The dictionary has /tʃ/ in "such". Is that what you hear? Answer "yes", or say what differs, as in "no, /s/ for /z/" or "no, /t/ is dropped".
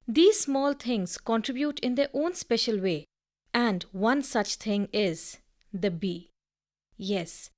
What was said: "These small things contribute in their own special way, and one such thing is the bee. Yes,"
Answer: yes